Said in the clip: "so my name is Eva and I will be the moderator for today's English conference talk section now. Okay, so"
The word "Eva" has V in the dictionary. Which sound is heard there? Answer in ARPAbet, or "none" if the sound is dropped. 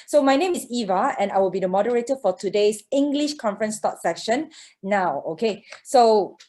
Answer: V